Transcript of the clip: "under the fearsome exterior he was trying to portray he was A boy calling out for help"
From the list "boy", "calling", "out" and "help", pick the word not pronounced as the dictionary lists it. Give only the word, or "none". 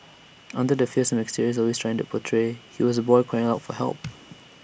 calling